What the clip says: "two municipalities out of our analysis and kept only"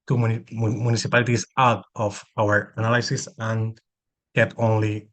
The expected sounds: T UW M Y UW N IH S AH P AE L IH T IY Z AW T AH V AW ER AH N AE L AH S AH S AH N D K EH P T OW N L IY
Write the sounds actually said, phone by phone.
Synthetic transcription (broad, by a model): T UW M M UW N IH S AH P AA L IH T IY S AW T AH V AW ER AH N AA L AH S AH S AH N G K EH T OW N L IY